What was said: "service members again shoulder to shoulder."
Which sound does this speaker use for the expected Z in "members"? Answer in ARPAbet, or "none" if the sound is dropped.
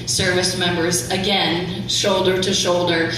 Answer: Z